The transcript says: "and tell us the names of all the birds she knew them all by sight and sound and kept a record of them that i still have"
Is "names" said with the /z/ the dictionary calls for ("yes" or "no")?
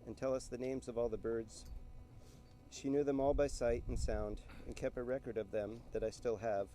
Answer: yes